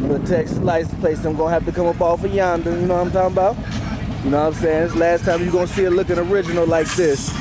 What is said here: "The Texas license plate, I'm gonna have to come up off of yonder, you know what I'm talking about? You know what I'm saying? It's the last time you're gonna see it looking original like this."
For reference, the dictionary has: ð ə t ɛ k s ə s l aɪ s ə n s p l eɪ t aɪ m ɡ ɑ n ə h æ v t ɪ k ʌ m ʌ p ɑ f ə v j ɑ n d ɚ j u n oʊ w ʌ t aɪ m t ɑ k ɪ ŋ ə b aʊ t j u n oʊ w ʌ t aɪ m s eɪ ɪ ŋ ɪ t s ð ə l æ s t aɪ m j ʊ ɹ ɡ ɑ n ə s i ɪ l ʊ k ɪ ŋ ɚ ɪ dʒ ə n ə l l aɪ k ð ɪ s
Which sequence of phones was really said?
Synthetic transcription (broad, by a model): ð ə t ɛ k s s l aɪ ə s p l eɪ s aɪ m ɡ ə h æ p t ɪ k ʌ m ʌ p ɑ f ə j ɑ n d ɚ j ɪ n oʊ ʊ aɪ m t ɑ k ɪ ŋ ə b aʊ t j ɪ n oʊ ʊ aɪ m s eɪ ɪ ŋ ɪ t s l æ s t aɪ m j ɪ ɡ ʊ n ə s i ɪ l ʊ k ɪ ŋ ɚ ɪ dʒ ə n l l aɪ k ð ɪ s